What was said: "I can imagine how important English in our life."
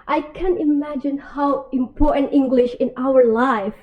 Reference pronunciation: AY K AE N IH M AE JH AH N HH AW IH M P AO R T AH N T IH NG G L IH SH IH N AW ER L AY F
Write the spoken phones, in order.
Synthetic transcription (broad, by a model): AY K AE N IH M AE JH AH N HH AW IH M P AO R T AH N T IH NG G L IH SH IH N AW ER L AY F